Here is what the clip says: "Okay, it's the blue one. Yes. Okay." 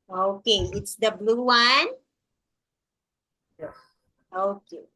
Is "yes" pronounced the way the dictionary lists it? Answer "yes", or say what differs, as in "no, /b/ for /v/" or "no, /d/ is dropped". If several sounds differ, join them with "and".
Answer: no, /s/ is dropped